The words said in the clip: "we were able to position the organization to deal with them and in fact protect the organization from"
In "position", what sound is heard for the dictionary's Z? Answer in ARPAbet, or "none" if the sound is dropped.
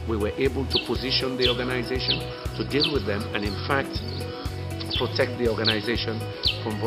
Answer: Z